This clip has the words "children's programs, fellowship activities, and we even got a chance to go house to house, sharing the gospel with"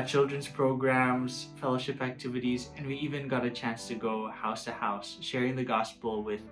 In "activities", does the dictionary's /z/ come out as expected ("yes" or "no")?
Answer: yes